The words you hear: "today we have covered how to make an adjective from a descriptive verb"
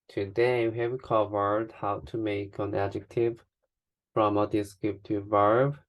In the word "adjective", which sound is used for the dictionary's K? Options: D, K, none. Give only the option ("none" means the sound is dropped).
K